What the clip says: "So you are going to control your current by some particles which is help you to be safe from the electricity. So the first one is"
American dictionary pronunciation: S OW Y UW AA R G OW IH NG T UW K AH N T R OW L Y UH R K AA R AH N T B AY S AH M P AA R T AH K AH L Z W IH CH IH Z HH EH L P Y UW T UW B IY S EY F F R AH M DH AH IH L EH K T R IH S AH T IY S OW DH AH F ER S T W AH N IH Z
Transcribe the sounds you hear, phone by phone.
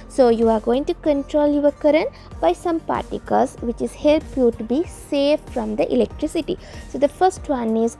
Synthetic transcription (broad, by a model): S OW Y UW AA R G OW IH NG T UW K AH N T R OW L Y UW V K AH R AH N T B AY S AH M P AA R T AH K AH L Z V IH CH IH Z HH EH L P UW T UW B IY S EY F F R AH M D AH IH L EH K T R IH S AH T IY S OW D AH F ER S T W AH N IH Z